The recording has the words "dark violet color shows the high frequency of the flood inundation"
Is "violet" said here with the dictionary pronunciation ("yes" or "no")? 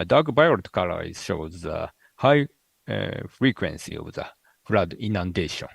no